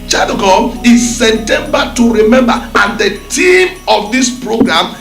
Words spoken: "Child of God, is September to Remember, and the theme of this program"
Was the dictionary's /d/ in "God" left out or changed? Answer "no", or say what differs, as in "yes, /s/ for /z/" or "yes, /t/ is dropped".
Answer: yes, /d/ is dropped